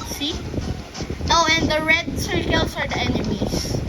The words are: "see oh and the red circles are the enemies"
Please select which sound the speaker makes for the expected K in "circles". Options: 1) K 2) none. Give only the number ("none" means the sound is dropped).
2